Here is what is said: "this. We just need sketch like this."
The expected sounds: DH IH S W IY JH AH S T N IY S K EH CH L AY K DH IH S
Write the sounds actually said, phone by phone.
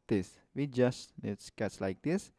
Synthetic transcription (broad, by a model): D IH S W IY JH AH S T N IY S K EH S L AY K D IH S